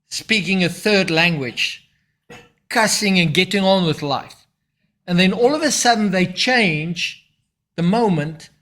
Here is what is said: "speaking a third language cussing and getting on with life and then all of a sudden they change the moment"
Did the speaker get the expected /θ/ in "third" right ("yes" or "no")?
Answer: yes